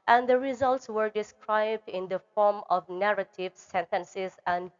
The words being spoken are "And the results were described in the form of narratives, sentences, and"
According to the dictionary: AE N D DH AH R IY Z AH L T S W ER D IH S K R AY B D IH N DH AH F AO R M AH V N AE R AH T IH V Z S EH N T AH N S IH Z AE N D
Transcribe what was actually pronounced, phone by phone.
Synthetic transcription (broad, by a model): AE N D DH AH R IY Z AH L T S W ER D IH S K R AY B D IH N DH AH F AO R M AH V N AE R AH T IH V S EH N T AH N S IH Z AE N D